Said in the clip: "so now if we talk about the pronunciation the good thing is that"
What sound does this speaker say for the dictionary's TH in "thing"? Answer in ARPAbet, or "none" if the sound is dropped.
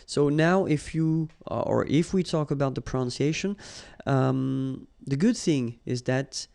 TH